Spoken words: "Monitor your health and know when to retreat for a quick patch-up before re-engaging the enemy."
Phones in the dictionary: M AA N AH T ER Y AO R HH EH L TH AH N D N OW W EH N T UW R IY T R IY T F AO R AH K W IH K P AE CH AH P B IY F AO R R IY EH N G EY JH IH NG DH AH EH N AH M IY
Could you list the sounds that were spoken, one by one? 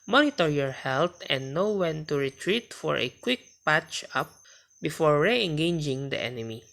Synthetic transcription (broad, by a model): M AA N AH T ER Y AO R HH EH L T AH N N OW W EH N T UW R IY T R IY T F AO R AH K W IH K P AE CH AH P B IY F AO R R IY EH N G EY JH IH NG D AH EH N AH M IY